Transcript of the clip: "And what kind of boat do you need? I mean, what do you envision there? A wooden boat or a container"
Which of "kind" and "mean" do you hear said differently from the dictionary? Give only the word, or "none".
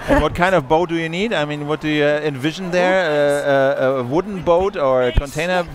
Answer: none